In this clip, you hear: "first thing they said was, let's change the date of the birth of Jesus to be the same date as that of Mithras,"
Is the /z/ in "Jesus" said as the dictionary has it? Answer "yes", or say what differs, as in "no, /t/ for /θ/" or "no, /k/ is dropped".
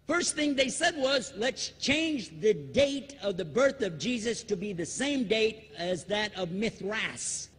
yes